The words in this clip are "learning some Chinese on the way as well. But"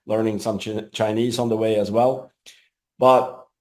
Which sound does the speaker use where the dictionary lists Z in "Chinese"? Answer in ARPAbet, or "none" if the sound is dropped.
Z